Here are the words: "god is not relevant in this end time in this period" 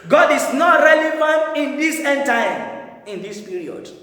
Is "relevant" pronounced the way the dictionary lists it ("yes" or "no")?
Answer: no